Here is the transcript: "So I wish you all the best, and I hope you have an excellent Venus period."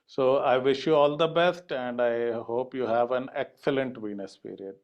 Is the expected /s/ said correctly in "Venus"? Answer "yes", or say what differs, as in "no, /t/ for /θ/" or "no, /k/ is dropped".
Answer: yes